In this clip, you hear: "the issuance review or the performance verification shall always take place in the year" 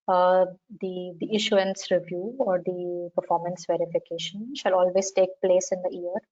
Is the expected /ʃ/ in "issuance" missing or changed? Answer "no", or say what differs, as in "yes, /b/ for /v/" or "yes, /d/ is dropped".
no